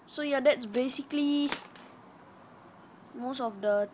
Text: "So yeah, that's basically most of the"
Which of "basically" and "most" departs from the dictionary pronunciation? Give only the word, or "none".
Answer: none